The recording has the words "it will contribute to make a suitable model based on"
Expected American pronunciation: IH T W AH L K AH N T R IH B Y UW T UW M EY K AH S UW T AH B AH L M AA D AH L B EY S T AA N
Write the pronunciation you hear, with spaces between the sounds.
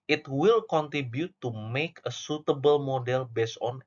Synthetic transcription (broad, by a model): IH T W AH L K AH N T R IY B Y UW T UW M EY K AH S UW T AH B AH L M AA D AH L B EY S AA N